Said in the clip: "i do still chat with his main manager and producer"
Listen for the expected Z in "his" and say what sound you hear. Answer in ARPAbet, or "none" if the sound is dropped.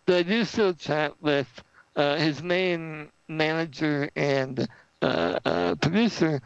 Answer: Z